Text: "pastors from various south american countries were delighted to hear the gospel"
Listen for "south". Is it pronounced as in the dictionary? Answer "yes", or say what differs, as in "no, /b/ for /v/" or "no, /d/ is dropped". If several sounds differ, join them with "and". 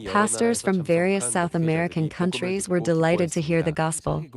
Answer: yes